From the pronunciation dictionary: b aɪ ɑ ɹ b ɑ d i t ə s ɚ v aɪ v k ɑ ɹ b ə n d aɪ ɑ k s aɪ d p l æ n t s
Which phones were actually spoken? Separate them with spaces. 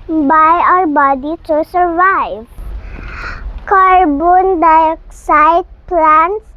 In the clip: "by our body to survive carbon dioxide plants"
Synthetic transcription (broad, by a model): b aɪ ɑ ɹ b ɑ d i s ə s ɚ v aɪ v k ɑ ɹ b ə n d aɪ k s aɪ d p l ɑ n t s